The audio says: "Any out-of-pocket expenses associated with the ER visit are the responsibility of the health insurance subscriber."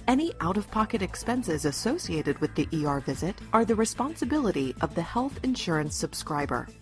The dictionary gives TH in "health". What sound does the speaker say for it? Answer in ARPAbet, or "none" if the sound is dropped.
TH